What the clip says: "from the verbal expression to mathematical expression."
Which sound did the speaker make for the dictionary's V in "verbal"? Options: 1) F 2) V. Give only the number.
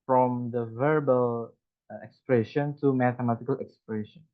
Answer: 2